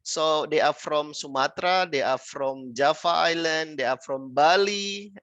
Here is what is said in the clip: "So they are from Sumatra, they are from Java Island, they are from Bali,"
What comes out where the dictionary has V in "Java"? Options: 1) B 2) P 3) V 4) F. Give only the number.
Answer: 4